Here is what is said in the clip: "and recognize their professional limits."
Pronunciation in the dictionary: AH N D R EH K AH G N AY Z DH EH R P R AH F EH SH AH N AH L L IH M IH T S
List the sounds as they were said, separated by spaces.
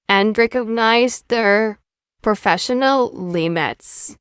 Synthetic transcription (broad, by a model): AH N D R EH K AH G N AY Z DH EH R P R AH F EH SH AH N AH L L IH M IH T S